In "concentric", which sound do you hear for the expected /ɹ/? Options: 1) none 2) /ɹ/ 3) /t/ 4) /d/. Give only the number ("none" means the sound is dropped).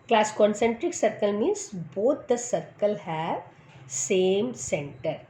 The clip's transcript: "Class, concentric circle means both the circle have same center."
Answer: 2